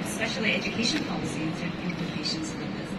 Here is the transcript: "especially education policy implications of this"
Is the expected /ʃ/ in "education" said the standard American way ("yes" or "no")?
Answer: yes